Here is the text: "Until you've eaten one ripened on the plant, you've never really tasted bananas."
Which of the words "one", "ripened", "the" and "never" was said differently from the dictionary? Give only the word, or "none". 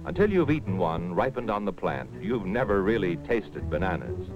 none